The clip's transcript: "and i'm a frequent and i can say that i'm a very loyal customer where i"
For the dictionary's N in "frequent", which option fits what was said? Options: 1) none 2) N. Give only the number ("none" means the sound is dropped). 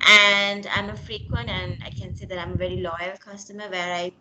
2